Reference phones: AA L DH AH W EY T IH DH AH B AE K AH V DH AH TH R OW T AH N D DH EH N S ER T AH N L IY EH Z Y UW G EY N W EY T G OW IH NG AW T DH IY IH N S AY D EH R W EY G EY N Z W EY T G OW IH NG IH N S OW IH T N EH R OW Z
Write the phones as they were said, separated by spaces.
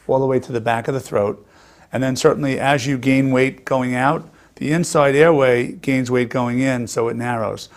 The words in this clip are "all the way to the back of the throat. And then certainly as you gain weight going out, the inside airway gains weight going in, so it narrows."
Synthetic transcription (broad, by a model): AA L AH W EY T IH DH AH B AE K AH V DH AH TH R OW T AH N DH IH N S ER T N L IY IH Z Y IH G EY N W EY T G OW IH NG AW T DH IY IH N S AY D EH R W EY G EY N Z W EY T G OW IH NG IH N S OW IH T N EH R OW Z